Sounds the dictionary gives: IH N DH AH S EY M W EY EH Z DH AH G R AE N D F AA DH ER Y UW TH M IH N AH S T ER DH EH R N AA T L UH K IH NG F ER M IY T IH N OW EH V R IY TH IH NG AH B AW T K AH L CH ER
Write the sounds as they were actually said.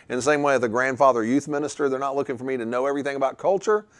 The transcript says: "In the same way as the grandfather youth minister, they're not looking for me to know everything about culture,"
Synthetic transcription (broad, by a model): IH N DH AH S EY M W EY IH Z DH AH G R AE N D F AA DH ER Y UW TH M IH N AH S T ER DH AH R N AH T L UH K IH NG F ER M IY T IH N OW EH V R IY TH IH NG AH B AW T K AH L CH ER